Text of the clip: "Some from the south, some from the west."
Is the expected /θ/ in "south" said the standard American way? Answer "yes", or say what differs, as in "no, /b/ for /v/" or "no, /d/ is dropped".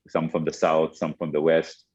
yes